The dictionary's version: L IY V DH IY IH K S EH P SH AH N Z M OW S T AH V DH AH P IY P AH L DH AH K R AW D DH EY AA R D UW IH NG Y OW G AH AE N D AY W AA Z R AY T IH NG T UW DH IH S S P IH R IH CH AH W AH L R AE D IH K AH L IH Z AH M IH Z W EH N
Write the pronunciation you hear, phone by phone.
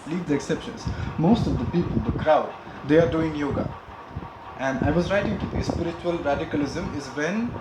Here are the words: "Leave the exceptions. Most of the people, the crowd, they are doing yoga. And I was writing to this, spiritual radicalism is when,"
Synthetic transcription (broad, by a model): L IY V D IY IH K S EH P SH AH N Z M OW S T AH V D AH P IY P AH L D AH K R AW D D EY AA R D UW IH NG Y OW G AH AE N D AY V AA Z R AY T IH NG T UW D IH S S P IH R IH CH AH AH L R AE D IH K AH L IH Z AH M IH Z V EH N